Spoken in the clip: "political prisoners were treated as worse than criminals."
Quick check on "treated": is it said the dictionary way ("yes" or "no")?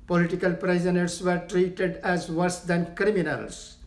yes